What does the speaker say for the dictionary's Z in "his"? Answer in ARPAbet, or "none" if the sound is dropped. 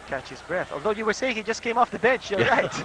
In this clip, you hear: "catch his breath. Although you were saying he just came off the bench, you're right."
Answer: Z